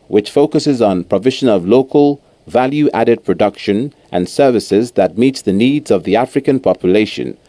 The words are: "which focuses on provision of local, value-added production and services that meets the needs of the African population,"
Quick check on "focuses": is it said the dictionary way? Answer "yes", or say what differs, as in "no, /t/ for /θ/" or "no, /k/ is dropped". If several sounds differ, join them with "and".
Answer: yes